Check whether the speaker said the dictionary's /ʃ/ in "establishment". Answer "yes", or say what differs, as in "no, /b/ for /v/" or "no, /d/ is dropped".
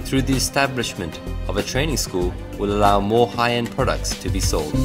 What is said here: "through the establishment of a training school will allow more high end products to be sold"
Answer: yes